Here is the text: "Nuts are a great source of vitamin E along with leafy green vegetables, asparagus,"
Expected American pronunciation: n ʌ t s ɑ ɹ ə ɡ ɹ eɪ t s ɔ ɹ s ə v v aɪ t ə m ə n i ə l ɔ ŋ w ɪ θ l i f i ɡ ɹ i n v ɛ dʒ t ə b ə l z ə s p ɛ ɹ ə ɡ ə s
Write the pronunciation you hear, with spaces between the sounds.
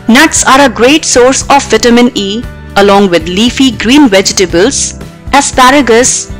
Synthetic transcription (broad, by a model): n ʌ t s ɑ ɹ ə ɡ ɹ eɪ t s ɔ ɹ s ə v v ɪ t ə m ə n i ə l ɔ ŋ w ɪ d l i f i ɡ ɹ i n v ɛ dʒ t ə b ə l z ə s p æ ɹ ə ɡ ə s